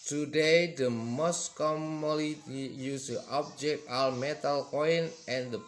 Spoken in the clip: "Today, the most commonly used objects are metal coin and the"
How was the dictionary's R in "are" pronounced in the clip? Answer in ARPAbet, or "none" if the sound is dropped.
L